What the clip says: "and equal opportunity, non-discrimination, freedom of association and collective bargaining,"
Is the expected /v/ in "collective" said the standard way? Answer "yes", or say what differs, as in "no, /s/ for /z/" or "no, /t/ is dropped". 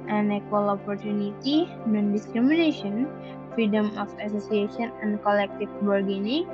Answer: no, /f/ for /v/